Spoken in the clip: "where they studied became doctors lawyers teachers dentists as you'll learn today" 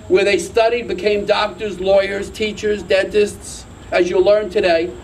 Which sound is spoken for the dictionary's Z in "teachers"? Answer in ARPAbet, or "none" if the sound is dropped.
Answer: Z